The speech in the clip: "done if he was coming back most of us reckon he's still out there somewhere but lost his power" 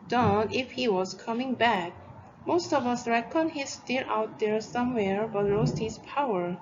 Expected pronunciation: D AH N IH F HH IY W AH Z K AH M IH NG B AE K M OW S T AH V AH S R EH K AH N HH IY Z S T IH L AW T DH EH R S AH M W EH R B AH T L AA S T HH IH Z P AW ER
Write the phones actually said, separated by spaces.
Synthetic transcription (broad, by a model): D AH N IH F HH IY W AH Z K AH M IH NG B AE K M OW S T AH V AH S R EH K AH N HH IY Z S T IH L AW T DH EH R S AH M W EH R B AH T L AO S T HH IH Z P AW ER